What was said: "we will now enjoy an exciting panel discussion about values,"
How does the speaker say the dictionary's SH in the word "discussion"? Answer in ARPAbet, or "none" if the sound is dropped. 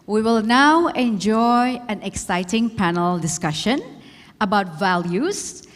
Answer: SH